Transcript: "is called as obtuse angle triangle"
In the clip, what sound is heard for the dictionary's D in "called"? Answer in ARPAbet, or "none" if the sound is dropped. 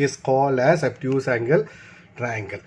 none